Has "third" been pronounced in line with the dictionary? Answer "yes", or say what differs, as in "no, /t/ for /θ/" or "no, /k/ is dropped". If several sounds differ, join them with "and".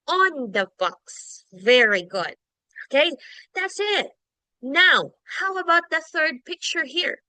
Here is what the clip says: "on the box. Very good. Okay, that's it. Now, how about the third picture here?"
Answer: yes